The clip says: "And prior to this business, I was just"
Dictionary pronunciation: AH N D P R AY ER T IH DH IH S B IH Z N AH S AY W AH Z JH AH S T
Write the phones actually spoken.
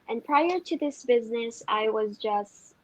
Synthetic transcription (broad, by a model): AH N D P R AY ER T IH DH IH S B IH Z N AH S AY W AH Z JH AH S T